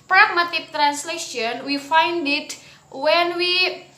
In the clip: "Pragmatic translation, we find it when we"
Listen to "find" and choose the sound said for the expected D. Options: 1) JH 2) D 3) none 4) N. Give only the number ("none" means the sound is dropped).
2